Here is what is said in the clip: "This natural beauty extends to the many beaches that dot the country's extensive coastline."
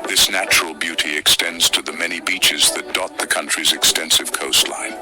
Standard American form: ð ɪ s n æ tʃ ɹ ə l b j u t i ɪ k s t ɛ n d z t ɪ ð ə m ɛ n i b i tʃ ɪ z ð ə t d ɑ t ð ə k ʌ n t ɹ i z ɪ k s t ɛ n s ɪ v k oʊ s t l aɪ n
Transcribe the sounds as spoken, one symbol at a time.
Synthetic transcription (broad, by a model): ð ɪ s n æ tʃ ɹ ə l b j u t i ɪ k s t ɛ n d z t ɪ ð ə m ɛ n i b i tʃ ɪ z ð ə t d ɑ t ð ə k ʌ n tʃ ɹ i z ɪ k s t ɛ n s ɪ v k oʊ s t l aɪ n